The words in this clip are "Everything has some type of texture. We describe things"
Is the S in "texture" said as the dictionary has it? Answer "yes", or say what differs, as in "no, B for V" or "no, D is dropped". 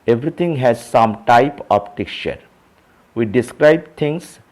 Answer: no, S is dropped